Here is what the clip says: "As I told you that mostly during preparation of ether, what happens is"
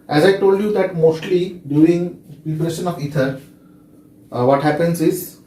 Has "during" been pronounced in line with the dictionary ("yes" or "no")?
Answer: no